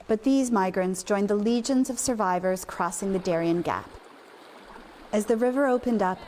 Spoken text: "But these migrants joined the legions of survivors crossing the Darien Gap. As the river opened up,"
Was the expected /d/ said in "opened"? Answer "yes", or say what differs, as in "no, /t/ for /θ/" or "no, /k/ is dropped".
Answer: yes